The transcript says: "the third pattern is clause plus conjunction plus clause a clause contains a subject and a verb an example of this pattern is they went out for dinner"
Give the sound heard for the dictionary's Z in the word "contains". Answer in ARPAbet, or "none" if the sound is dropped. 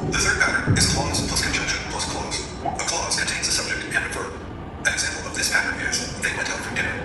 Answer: Z